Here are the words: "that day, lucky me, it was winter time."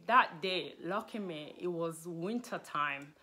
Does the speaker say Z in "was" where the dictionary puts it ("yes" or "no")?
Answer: yes